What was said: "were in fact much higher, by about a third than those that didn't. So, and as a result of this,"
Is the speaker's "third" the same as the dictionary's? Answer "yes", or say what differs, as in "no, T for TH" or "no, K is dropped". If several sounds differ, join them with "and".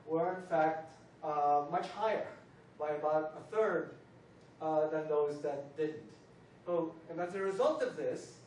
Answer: yes